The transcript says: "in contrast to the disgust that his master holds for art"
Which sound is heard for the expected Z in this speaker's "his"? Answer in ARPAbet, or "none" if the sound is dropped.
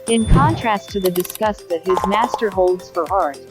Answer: Z